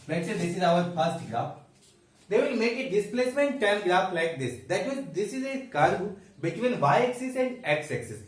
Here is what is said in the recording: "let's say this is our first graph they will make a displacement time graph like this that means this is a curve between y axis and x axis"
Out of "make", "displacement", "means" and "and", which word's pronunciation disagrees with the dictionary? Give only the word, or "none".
means